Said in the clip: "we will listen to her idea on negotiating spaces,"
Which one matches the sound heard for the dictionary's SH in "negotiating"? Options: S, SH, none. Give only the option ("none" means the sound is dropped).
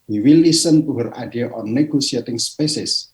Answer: S